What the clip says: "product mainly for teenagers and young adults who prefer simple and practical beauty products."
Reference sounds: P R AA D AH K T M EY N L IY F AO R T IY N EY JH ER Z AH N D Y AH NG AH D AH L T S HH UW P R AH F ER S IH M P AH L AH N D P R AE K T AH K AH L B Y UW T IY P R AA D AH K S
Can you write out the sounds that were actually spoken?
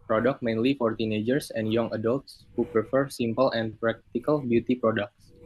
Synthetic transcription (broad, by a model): P R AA D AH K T M EY N L IY F AO R T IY N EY JH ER S AH N D Y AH NG AH D AH L T S HH UW P R AH F ER S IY M P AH L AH N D P R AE K T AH K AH L B Y UW T IY P R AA D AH K S